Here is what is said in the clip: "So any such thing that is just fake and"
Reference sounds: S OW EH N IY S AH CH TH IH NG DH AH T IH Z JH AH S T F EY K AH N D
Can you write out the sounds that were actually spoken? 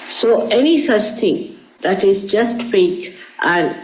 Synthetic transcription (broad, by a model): S OW EH N IY S AH CH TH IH NG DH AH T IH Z JH AH S T F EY K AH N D